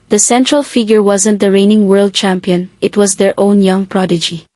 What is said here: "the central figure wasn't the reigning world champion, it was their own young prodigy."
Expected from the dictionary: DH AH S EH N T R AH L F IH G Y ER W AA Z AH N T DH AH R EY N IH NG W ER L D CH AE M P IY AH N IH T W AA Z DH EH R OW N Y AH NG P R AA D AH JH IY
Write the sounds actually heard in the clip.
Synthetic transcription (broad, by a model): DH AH S EH N T R AH L F IH G Y ER W AA Z AH N T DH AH R EY N IH NG W ER L D CH AE M P IY AH N IH T W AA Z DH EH R OW N Y AH NG P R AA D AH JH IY